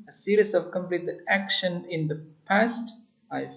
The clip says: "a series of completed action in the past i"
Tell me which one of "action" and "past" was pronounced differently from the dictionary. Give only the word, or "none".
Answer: none